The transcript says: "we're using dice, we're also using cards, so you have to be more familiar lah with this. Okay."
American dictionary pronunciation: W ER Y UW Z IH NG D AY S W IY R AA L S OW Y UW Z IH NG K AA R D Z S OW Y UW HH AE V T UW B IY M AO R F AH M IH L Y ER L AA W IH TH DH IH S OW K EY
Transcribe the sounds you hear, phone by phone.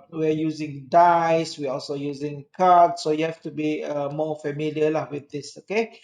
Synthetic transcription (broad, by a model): W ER Y UW Z IH NG D AY S W IY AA AA L S OW Y UW Z IH NG K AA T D S OW Y UW HH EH F T UW B IY M AO F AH M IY L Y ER L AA W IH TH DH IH S OW K EY